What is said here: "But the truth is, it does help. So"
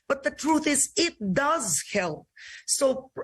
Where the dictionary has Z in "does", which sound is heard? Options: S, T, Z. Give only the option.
Z